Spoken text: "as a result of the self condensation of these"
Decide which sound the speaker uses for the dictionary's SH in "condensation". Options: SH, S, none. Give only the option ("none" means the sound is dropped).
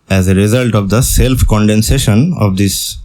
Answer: SH